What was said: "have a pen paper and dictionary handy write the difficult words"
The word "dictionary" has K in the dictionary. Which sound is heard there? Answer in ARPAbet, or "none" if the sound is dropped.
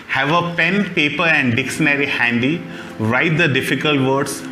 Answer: K